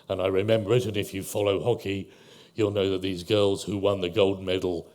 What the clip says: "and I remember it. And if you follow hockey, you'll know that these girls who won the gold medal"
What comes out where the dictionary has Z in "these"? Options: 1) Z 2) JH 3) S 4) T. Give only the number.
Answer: 1